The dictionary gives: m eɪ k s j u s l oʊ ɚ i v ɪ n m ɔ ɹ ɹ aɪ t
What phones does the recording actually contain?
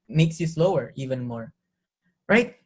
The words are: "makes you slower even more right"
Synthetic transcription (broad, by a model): m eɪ k s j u s l oʊ ɚ i v ɪ n m ɔ ɹ ɹ aɪ t